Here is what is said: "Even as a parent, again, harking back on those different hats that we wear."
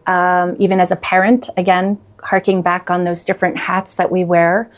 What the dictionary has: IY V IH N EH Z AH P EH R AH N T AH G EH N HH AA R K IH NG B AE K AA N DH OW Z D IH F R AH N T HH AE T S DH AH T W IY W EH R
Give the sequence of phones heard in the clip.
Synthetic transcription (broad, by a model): IY V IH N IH Z AH P EH R AH N T AH G EH N HH AA R K IH NG B AE K N DH OW Z D IH F R AH N T HH AE T S DH AH T W IY W EH R